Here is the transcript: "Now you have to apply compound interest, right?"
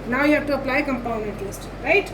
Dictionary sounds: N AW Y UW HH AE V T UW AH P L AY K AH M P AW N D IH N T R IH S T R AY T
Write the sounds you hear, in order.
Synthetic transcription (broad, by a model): N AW Y UW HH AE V T UW AH P L AY K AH M P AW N IH N T L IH S T R AY T